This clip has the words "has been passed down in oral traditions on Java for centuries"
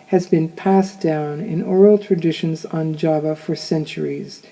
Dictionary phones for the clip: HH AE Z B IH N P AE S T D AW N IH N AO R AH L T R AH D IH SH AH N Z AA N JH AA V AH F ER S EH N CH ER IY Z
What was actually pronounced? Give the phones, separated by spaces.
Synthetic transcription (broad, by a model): HH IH Z B IH N P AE S D AW N IH N AO R AH L T R AH D IH SH AH N Z N JH AA V AH F ER S EH N CH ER IY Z